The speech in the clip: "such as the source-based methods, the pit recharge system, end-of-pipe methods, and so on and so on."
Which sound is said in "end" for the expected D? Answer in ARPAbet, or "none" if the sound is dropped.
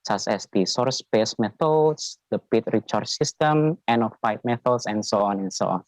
none